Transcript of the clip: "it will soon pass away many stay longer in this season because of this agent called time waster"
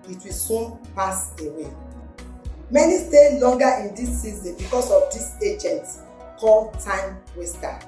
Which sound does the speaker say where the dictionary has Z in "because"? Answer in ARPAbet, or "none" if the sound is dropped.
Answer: S